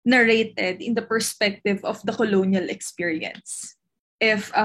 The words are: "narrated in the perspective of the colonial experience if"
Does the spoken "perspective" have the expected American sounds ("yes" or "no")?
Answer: yes